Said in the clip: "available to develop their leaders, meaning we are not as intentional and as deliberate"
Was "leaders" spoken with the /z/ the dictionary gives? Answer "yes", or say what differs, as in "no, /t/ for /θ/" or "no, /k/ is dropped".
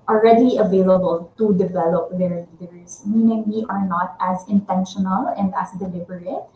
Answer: no, /s/ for /z/